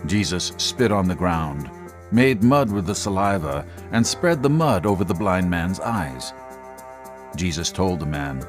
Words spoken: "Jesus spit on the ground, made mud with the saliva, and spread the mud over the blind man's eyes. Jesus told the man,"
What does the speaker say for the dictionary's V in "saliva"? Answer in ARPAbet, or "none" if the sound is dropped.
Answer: V